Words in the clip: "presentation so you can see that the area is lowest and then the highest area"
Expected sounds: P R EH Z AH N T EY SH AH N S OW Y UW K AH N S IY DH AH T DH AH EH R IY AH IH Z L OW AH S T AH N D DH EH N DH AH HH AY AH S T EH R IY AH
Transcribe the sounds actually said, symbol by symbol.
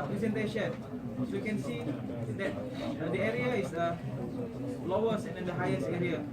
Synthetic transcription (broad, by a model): P R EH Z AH N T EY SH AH N S OW Y UW K AH N S IY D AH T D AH EH R IY AH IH S L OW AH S AH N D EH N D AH HH AY AH S T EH R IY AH